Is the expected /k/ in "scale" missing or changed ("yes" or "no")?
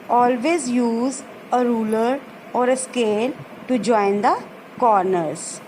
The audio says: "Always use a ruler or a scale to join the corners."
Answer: no